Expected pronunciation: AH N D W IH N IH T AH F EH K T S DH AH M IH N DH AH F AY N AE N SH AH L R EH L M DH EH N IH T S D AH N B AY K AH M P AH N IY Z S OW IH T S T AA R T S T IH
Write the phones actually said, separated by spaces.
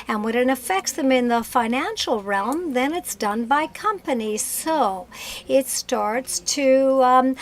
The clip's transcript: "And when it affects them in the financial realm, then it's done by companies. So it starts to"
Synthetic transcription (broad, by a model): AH N W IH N IH T AH F EH K T S DH AH M IH N DH AH F AY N AE N SH L R EH L M DH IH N IH T S D AH N B AY K AH M P AH N IY Z S OW IH T S T AA R T S T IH